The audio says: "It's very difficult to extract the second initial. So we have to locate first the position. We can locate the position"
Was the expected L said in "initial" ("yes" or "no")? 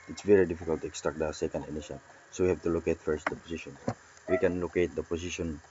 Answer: no